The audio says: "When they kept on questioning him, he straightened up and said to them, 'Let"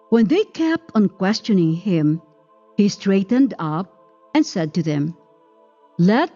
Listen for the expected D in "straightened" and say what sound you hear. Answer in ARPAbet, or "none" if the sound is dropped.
D